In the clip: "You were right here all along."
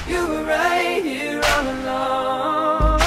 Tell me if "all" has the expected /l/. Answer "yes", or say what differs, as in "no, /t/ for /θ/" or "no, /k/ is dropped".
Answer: no, /n/ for /l/